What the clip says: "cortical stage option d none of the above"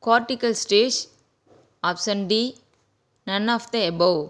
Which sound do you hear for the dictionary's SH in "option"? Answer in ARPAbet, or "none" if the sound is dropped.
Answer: S